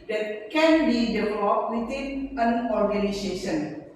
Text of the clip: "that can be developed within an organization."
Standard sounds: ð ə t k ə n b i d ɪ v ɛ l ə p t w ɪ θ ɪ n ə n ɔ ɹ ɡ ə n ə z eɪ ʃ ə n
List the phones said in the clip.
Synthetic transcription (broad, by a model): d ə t k ə n b i d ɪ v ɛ l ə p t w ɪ t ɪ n ə n ɔ ɹ ɡ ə n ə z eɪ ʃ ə n